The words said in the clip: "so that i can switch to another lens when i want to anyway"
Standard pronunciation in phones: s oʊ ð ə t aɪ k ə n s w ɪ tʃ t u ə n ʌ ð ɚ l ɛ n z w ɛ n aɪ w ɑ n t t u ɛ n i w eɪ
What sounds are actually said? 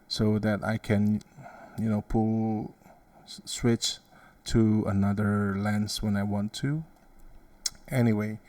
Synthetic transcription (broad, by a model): s oʊ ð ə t aɪ k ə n s w ɪ tʃ t u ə n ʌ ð ɚ l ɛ n s w ɛ n aɪ w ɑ n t t u ɛ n i w eɪ